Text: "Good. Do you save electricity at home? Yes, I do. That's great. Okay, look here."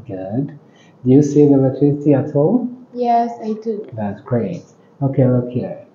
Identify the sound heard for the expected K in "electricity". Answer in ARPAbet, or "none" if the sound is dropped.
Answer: none